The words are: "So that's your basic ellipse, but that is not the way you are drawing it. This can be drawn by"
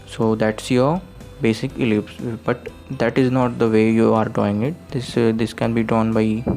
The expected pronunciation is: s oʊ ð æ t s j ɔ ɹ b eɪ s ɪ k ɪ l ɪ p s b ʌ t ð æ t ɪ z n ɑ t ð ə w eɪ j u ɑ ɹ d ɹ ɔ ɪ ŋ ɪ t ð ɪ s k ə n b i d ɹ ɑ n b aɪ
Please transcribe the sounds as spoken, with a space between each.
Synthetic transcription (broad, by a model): s oʊ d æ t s j ɔ ɹ b eɪ s ɪ k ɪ l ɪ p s b ʌ t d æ t ɪ z n ɑ t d ə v eɪ j u ɑ ɹ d ɔ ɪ ŋ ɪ t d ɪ s k ə n b i d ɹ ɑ n b aɪ